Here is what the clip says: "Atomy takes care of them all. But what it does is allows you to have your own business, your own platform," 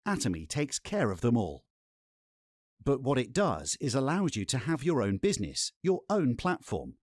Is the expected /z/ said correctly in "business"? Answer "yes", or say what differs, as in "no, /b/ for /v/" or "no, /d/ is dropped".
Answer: yes